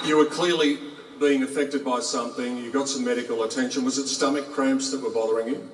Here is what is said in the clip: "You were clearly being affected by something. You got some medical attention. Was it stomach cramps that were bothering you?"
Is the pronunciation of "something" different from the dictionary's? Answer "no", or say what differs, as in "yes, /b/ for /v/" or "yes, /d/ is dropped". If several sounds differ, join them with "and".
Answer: no